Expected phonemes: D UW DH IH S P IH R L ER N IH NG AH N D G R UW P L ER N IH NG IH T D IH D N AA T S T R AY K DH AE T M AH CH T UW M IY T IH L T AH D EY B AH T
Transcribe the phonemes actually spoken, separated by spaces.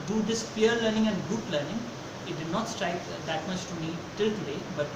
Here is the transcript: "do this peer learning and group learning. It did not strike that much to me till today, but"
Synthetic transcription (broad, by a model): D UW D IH S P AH R L ER N IH NG AH N D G UH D L ER N IH NG IH T D IH D N AA T S T R AY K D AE T M AH CH T UW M IY T IH L T AH D EY B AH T